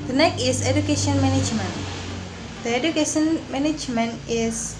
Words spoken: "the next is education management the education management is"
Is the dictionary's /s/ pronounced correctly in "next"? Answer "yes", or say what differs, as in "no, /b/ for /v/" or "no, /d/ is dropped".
no, /s/ is dropped